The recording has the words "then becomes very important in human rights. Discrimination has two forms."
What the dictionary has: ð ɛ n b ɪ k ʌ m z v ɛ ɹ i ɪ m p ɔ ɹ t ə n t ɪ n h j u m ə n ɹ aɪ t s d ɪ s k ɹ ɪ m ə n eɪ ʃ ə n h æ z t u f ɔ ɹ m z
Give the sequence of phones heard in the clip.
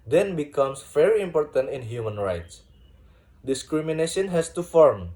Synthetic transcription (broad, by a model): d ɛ n b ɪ k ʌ m s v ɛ ɹ i ɪ m p ɔ ɹ t ə n t ɪ n h j u m ə n ɹ aɪ t s d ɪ s k ɹ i m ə n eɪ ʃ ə n h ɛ s t u f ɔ ɹ m